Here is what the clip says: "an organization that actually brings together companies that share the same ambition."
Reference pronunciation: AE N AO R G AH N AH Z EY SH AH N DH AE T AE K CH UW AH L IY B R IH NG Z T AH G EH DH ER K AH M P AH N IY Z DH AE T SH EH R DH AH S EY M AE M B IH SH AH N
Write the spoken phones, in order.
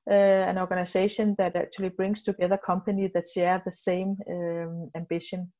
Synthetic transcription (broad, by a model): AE N AO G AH N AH S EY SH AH N DH AE T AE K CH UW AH L IY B R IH NG S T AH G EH DH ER K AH M P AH N IY DH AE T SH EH DH AH S EY M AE M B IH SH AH N